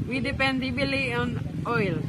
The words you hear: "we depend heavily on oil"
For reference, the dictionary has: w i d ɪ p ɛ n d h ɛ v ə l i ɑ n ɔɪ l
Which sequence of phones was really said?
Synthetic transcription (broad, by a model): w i d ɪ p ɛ n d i b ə l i ɑ n ɔɪ l